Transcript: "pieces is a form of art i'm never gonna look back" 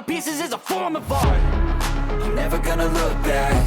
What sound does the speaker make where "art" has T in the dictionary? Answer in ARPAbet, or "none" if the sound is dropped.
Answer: none